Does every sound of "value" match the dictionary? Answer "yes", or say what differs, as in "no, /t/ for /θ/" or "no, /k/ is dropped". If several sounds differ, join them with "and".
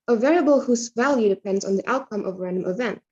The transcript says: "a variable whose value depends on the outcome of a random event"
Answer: yes